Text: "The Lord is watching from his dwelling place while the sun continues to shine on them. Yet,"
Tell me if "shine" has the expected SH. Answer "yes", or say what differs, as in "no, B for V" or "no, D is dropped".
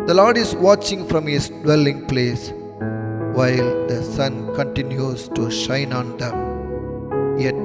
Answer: yes